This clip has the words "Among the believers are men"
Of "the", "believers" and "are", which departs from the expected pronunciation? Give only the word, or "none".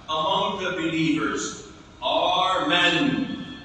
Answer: none